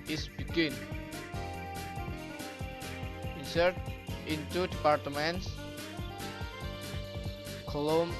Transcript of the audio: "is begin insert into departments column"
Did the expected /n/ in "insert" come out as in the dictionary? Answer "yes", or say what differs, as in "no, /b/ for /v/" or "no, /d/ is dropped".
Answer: no, /n/ is dropped